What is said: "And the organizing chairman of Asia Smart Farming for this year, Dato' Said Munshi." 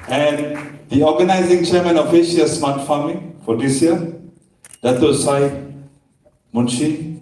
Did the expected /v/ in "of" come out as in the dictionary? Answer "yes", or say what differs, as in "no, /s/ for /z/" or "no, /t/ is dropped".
no, /f/ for /v/